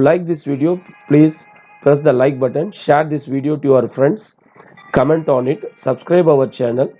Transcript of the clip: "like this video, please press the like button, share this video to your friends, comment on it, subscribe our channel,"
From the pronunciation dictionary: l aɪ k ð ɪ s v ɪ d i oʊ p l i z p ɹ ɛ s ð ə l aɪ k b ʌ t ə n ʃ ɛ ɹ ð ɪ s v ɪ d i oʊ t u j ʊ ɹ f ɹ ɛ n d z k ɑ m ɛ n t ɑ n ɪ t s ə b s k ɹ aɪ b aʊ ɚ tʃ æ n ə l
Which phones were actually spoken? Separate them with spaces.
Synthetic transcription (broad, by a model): l aɪ k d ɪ s v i d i oʊ p l i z p ɹ ɛ s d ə l aɪ k b ʌ t ə n ʃ ɛ ɹ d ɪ s v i d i oʊ t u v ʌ ɹ f ɹ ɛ n d s k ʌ m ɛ n t ɑ n ɪ t s ə b s k ɹ aɪ b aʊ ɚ tʃ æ n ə l